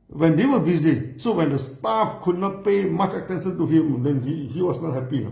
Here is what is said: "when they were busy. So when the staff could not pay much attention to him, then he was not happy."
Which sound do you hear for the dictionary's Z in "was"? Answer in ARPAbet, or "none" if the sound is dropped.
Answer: S